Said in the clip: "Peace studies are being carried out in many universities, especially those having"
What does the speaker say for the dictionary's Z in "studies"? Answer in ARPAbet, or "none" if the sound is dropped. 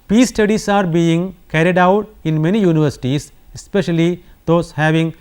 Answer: S